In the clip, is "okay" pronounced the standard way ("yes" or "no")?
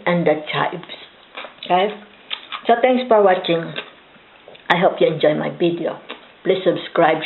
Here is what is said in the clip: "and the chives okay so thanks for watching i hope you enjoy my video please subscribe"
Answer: no